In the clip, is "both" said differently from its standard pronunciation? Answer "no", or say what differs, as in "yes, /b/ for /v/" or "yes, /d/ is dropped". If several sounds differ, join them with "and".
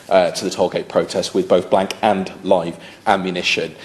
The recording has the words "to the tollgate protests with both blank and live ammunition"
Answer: no